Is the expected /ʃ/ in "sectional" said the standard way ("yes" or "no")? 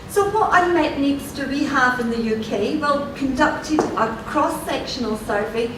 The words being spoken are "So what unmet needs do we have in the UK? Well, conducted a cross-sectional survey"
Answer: yes